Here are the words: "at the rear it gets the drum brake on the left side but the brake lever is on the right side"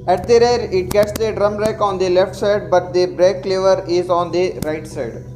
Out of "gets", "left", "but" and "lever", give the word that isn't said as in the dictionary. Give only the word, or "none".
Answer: none